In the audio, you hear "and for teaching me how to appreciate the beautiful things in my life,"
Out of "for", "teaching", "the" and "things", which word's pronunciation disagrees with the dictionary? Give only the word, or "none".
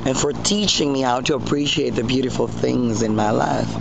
none